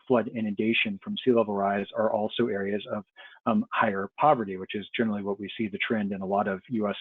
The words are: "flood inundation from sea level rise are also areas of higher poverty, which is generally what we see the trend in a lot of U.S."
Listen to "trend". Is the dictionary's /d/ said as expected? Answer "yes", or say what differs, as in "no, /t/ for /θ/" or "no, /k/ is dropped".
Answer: yes